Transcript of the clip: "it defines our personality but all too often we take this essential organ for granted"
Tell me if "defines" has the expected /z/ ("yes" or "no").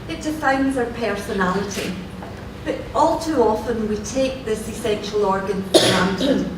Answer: yes